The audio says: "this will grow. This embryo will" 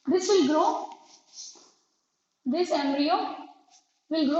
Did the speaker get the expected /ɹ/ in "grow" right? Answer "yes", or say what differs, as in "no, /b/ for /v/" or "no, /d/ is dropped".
yes